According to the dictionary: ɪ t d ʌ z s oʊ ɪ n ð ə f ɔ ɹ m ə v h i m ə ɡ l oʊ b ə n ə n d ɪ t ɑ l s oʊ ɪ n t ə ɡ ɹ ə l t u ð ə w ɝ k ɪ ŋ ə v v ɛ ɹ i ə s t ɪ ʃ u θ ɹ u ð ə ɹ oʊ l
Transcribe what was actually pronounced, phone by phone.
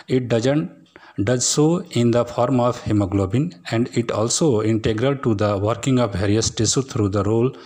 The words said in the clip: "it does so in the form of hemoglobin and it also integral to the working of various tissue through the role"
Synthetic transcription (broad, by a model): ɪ t d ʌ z s oʊ ɪ n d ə f ɔ ɹ m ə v h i m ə ɡ l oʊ b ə n ə n d ɪ t ɑ l s oʊ ɪ n t ə ɡ ɹ ə l t u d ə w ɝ k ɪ ŋ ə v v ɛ ɹ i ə s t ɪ s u t ɹ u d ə ɹ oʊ l